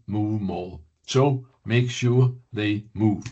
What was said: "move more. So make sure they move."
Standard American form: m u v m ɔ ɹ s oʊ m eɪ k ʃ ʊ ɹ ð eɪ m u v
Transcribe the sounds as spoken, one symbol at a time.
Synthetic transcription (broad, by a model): m u v m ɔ l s oʊ m eɪ k ʃ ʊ ɹ ð eɪ m u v